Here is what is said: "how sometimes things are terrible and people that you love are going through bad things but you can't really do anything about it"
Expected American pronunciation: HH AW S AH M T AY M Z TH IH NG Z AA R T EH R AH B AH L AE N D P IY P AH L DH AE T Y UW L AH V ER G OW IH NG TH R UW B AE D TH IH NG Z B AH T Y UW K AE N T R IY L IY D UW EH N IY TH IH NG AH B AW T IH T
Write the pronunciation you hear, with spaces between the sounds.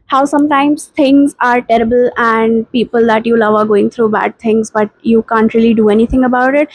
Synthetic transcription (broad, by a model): HH AW S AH M T AY M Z T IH NG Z AA R T EH R AH B AH L AE N D P IY P AH L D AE T Y UW L AH V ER G OW IH NG T R UW B AE D T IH NG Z B AH T Y UW K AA N T R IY L IY D UW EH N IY T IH NG AH B AW T IH T